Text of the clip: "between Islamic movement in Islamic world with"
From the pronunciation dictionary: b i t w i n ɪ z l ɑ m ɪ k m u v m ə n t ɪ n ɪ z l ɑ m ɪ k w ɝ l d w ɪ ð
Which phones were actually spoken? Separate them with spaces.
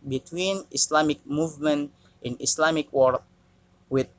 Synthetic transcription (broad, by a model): b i t w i n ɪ s l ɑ m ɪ k m u v m ə n t ɪ n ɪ s l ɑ m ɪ k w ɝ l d w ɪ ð